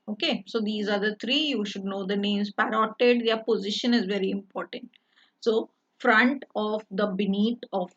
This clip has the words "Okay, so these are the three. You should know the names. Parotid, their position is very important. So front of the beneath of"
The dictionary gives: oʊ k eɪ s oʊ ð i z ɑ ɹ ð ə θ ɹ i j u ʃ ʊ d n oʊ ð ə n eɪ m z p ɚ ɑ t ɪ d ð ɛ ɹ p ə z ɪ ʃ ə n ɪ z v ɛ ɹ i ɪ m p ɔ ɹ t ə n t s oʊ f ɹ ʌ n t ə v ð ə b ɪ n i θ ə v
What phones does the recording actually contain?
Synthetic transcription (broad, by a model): oʊ k eɪ s oʊ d i z ɑ ɹ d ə t ɹ i j u ʃ ʊ d n oʊ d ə n eɪ m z p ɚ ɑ t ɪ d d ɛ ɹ p ə z ɪ ʃ ə n ɪ z v ɛ ɹ i ɪ m p ɔ ɹ t ə n t s oʊ f ɹ ʌ n t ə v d ə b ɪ n i t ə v